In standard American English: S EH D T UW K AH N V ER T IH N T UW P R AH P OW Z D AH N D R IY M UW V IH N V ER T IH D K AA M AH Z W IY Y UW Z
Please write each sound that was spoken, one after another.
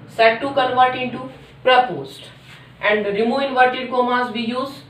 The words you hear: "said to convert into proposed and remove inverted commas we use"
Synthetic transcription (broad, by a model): S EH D T UW K AH N V ER T IH N T UW P R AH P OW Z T AH N D R IY M UW V IH N V ER T IH D K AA M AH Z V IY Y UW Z